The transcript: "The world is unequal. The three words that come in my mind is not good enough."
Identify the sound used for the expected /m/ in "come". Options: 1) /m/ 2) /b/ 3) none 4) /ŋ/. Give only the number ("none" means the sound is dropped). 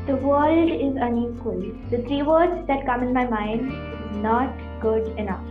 1